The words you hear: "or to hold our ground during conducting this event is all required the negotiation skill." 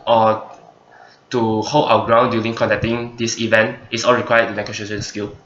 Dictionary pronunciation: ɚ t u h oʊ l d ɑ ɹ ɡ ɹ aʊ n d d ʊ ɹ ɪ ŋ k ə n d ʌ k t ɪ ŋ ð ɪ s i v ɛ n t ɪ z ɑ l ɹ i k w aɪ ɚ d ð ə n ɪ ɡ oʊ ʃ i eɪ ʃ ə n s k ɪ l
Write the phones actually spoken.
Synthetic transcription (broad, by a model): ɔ t u h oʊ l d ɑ w ɡ ɹ aʊ n d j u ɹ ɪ ŋ k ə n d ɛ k t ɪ ŋ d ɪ s i v ɛ n t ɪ s ɑ l ɹ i k w aɪ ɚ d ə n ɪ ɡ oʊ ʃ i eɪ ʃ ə n s k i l